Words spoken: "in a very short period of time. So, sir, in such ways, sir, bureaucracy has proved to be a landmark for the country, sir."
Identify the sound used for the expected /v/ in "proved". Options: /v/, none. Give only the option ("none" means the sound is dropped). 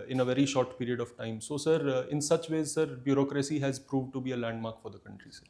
/v/